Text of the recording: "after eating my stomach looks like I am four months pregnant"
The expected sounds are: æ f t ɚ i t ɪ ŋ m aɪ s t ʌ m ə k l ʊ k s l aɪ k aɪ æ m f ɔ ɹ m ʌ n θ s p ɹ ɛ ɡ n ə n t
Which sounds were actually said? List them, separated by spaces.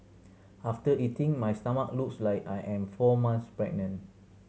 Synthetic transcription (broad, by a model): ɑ f t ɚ i t ɪ ŋ m aɪ s t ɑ m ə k l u k s l aɪ k aɪ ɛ m f ɔ m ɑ n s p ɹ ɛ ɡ n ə n